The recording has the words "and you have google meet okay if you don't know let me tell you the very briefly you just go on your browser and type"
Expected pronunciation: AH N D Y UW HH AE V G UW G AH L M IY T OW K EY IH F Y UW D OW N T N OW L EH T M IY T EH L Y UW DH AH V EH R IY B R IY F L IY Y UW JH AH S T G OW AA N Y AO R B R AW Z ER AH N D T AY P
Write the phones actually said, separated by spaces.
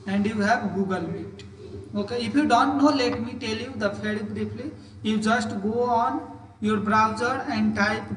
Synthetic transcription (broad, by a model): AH N D Y UW HH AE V G UW G AH L M IY T OW K EY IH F Y UW D OW N T N OW L EH T M IY T EH L Y UW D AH P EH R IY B R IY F L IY Y UW JH AH S T G OW AA N Y AO R B R AW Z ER AH N D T AY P